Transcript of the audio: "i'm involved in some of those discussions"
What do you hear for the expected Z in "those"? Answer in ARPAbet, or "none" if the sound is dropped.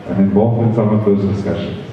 Z